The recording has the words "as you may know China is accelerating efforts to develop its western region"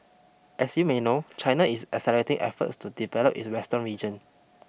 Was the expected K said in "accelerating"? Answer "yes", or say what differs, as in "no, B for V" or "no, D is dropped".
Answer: no, K is dropped